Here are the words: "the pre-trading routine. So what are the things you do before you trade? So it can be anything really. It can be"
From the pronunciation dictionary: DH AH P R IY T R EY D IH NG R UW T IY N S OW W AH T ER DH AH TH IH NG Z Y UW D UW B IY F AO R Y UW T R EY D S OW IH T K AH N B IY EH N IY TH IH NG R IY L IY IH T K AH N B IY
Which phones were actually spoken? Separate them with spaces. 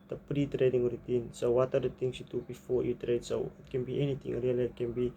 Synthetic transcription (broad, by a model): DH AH P R IY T R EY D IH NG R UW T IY N S OW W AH T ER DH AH T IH NG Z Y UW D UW B IY F AO R Y UW T R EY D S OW IH T K AH N B IY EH N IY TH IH NG R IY L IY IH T K AH N B IY